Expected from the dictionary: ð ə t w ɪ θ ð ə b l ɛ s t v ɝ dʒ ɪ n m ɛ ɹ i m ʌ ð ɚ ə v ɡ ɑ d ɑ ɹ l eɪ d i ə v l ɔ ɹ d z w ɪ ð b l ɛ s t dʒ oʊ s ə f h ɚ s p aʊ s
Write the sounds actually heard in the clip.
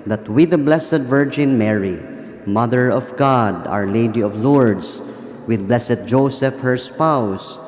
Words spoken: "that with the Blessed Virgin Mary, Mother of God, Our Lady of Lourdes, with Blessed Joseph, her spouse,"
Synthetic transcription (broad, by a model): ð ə t w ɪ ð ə b l ɛ s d v ɝ dʒ ɪ n m ɛ ɹ i m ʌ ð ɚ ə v ɡ ɑ d ɑ ɹ l eɪ d i ə v l ɔ ɹ d s w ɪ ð b l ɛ s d dʒ oʊ s ə f h ɚ s p aʊ s